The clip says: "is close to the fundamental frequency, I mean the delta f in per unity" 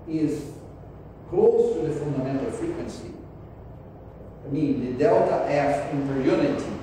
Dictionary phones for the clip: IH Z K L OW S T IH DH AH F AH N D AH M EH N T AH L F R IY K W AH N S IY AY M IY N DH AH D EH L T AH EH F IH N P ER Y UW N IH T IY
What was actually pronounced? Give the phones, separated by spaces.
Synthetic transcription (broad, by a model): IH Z K L OW S T IH DH AH F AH N D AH M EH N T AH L F R IY K W AH N S IY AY M IY N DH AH D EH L T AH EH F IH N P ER Y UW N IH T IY